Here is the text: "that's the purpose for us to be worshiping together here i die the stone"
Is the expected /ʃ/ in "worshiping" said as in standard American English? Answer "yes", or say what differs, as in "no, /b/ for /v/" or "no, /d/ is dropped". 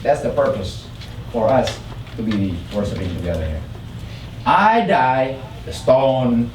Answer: no, /s/ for /ʃ/